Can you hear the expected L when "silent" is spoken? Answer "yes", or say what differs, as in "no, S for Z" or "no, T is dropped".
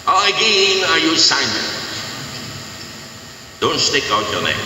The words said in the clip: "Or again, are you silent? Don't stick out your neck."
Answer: no, N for L